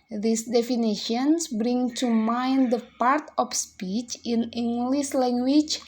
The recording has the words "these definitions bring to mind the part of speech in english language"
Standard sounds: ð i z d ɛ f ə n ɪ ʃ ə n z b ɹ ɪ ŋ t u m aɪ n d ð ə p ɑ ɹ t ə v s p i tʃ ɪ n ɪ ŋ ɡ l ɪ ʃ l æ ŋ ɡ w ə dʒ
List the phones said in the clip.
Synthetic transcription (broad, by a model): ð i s d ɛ f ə n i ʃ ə n s b ɹ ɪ ŋ t u m aɪ n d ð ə p ɑ ɹ t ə f s p i tʃ ɪ n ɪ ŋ ɡ l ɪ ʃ l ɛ ŋ ɡ w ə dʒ